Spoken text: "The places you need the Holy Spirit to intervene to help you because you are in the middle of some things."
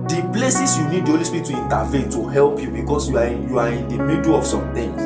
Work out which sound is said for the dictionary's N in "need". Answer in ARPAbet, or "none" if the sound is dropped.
N